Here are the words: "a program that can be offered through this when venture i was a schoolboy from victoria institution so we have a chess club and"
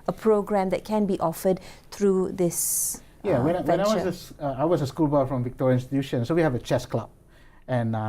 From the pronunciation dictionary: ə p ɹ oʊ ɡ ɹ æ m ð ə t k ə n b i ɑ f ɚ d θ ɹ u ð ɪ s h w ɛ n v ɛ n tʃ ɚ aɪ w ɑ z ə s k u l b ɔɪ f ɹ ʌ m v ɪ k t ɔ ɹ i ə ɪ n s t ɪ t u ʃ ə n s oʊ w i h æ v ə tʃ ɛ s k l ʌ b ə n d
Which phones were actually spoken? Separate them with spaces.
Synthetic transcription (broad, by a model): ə p ɹ oʊ ɡ ɹ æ m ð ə t k ə n b i ɑ f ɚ d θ ɹ u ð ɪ s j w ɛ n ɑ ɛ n s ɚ aɪ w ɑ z ə s k u l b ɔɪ f ɹ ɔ m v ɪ k t ɔ ɹ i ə ɪ n s t ɪ t u ʃ ə n s oʊ w i h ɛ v ə tʃ ɛ s k l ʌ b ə n